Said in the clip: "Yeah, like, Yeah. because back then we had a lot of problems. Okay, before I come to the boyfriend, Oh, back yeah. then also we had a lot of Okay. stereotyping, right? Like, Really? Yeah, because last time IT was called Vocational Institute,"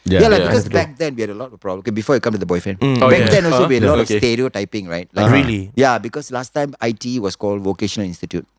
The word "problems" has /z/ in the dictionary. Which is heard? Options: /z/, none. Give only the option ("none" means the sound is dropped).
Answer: none